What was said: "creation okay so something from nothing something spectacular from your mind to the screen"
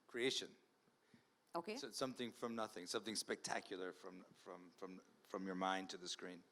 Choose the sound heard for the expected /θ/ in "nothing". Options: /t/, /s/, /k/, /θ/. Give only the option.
/θ/